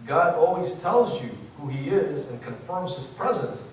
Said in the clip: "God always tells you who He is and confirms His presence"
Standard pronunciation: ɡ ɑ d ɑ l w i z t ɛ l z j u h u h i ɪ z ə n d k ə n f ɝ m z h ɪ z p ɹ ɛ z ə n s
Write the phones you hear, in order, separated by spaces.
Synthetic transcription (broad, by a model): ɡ ɑ d ɑ l w i z t ɛ l z j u h u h i ɪ z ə n k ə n f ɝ m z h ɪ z p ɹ ɛ z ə n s